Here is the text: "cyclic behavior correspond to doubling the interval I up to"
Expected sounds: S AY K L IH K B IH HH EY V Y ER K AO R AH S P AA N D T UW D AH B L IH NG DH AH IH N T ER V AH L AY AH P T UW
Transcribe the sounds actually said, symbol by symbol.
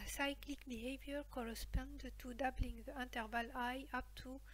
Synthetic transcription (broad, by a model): S AY K L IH K B IH HH EY V Y ER K AO R AH S P AA N D T UW D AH B L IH NG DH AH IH N T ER V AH L AY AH P T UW